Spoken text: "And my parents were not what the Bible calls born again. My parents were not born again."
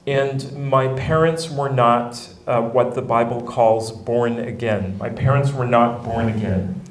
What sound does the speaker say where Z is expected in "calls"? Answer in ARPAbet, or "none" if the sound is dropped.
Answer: Z